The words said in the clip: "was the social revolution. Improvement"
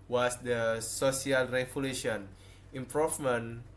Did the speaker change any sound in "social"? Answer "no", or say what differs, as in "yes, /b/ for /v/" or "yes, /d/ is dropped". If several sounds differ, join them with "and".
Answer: yes, /s/ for /ʃ/